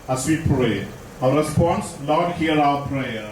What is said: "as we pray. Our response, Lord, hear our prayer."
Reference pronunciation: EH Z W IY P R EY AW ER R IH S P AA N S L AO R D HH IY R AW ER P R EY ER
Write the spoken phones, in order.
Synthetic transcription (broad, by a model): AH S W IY P R EY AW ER R IH S P AA N S N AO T HH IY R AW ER P R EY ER